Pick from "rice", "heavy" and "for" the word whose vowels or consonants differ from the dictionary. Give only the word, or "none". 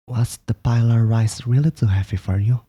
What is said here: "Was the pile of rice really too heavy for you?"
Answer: heavy